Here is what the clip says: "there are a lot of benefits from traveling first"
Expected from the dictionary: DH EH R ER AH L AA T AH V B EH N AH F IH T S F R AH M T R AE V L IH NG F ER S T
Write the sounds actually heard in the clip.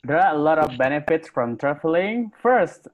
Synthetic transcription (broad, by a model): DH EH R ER AH L AA T AH V B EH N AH F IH T S F R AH M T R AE F L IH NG F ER S T